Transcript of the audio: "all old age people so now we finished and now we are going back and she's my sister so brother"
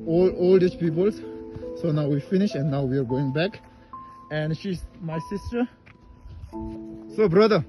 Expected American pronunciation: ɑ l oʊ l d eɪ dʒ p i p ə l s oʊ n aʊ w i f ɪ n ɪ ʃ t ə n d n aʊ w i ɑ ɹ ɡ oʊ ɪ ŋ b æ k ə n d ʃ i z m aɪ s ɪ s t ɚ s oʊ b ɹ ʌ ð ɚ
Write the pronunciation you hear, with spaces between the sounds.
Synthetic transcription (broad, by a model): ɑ l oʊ l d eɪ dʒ p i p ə l s oʊ n aʊ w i f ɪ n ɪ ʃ ə n d n aʊ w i ɑ ɹ ɡ oʊ ɪ ŋ b æ k ə n d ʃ i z m aɪ s ɪ s t ɚ s oʊ b ɹ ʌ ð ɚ